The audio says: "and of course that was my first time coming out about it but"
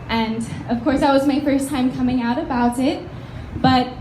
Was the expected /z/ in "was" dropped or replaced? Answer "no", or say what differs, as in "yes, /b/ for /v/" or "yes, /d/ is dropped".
no